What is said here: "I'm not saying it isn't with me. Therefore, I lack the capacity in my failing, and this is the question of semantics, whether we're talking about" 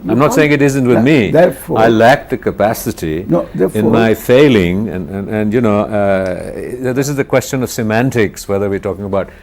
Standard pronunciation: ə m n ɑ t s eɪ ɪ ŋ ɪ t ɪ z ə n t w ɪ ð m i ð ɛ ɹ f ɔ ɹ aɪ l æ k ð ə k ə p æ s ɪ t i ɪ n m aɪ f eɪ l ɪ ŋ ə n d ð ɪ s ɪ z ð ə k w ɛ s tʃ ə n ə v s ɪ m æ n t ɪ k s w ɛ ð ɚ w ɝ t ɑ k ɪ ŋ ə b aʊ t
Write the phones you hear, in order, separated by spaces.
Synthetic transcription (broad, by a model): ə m n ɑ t s eɪ ɪ ŋ ɪ t ɪ z ə n t w ɪ ð m i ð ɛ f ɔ aɪ l æ k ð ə k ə p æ s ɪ t i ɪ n m aɪ f eɪ l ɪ ŋ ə n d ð ɪ s ɪ z ð ə k w ɛ s tʃ ə n ə v s ɪ m æ n t ɪ k s w ɛ ð ɚ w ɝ t ɑ k ɪ ŋ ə b aʊ t